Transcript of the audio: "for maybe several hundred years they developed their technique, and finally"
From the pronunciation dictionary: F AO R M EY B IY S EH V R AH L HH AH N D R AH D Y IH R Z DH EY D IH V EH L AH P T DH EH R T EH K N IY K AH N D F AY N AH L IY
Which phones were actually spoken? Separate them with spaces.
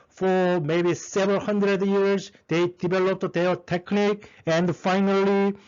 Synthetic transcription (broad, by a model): F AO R M EY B IY S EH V AH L HH AH N D R AH D Y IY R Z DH EY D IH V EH L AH P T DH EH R T EH K N IY K AH N D F AY N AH L IY